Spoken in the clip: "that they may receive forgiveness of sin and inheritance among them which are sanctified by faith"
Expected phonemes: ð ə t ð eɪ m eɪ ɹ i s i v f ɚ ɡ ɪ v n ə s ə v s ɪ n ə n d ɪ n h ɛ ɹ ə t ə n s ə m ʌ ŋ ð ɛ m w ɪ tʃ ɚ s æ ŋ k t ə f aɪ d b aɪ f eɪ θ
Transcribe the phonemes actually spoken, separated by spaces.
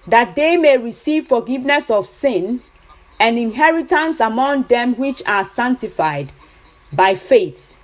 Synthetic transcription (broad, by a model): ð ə t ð eɪ m eɪ ɹ i s i v f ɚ ɡ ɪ v n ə s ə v s ɪ n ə n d ɪ n h ɛ ɹ ə t ə n s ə m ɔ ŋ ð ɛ m w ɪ tʃ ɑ s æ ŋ k t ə f aɪ d b aɪ f eɪ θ